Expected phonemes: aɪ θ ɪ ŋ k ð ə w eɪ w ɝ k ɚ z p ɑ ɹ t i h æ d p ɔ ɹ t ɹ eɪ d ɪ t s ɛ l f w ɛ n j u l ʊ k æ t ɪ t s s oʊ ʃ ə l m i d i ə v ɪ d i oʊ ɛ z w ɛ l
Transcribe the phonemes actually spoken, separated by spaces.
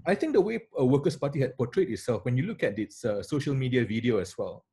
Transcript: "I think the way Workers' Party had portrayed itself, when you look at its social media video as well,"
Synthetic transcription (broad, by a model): aɪ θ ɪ ŋ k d ə w eɪ w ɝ k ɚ s p ɑ t i h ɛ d p ɔ t ɹ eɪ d ɪ t s ɛ l f w ɛ n j u l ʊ k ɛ t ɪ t s s oʊ ʃ ə l m i d i ə v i d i oʊ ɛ s w ɛ l